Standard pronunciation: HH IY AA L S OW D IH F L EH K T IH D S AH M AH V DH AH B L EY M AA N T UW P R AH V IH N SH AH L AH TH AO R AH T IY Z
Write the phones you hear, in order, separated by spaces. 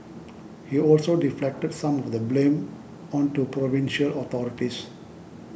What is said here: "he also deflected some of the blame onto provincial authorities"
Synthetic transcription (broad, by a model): HH IY AA L S OW D IH F L EH K T IH D S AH M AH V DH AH B L EY M AA N T UW P R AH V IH N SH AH L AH T AO R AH T IY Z